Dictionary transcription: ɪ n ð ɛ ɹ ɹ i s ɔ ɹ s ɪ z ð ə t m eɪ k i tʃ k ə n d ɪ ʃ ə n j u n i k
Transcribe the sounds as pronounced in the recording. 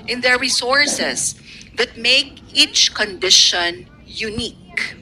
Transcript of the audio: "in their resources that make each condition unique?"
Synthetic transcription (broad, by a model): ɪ n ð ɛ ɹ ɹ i s ɔ ɹ s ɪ s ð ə t m eɪ k i tʃ k ə n d ɪ ʃ ə n j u n i k